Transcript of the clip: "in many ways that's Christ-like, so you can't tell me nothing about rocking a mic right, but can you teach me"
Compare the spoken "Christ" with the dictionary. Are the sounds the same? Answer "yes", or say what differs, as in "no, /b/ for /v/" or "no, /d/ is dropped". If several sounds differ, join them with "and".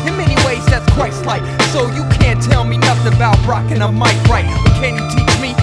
no, /w/ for /ɹ/